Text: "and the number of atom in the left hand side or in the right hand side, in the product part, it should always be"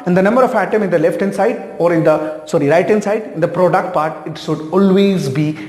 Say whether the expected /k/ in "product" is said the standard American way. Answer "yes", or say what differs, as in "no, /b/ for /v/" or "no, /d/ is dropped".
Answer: yes